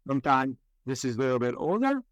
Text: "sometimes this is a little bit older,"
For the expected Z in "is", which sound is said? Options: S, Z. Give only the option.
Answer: Z